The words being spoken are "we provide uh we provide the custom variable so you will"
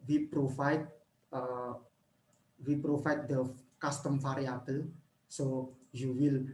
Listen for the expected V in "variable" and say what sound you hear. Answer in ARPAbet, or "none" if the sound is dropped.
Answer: F